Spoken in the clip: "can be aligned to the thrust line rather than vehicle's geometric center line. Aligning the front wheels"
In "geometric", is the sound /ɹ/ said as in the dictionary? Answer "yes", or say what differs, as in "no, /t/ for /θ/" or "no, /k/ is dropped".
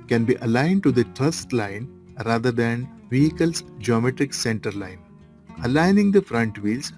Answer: yes